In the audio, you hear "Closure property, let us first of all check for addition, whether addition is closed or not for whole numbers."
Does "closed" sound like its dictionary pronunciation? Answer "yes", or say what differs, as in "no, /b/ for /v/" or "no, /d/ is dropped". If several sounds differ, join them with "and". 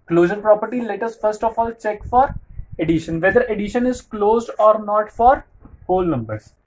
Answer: yes